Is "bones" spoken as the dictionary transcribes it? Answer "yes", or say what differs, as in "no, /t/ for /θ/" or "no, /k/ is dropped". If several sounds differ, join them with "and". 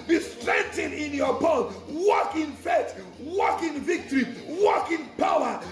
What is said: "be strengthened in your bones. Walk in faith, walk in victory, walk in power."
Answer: no, /z/ is dropped